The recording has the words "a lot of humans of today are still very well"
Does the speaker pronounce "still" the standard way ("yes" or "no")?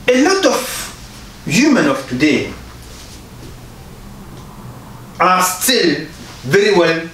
yes